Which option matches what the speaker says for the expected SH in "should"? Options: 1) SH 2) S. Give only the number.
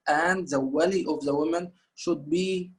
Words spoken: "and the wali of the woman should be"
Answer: 1